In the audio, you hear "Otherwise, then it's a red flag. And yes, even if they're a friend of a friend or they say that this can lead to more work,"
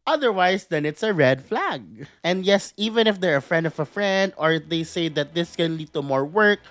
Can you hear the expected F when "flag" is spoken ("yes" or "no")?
yes